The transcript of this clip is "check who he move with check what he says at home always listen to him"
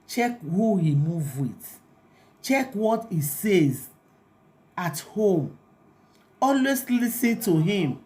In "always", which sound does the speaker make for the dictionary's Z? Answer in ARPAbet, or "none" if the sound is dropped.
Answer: S